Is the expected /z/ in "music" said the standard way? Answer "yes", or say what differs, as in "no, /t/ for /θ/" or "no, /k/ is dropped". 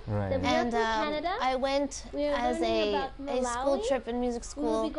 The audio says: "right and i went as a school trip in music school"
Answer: yes